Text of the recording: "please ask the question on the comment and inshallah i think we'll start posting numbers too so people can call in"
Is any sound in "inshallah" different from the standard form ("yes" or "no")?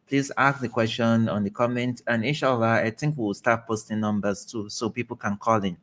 yes